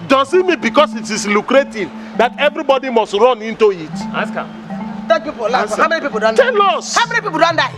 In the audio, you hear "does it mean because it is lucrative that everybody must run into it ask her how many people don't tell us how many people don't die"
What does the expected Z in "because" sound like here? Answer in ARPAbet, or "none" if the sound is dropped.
S